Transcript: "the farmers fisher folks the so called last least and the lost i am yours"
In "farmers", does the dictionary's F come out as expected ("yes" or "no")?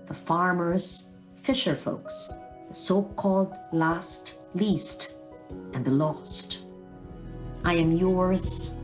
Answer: yes